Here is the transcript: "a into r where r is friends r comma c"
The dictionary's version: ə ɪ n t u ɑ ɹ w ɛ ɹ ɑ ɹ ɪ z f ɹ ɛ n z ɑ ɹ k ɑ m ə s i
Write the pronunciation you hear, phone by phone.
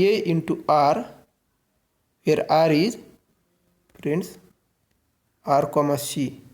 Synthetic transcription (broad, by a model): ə ɪ n t u ɑ ɹ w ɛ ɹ ɑ ɹ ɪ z p ɹ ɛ n s ɑ ɹ k ɑ m ə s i